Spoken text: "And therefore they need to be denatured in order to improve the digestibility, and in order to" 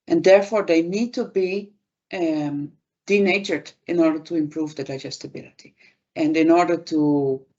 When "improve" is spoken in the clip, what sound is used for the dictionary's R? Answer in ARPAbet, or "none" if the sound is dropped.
R